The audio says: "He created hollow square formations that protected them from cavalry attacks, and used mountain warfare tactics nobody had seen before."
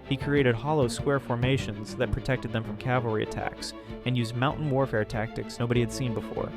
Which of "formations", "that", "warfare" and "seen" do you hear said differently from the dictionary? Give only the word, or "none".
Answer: none